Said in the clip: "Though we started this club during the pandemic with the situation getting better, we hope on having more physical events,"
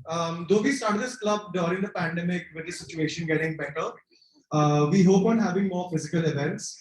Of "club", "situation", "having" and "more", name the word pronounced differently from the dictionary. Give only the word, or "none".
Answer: none